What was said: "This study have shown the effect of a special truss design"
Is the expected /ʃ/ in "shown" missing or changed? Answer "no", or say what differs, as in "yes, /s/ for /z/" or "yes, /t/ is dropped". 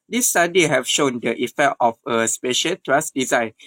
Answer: no